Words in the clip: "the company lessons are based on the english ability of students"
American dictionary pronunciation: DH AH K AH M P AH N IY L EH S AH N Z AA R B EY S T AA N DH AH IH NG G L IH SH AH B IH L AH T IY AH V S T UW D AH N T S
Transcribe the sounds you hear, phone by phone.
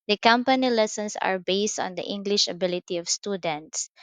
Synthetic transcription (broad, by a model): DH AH K AH M P AH N IY L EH S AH N S AA R B EY S T AA N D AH IH NG G L IH SH AH B IH L AH T IY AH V S T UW D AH N T S